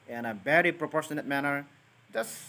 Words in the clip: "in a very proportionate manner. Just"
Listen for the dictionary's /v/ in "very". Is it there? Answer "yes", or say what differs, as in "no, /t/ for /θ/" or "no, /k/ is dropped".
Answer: no, /b/ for /v/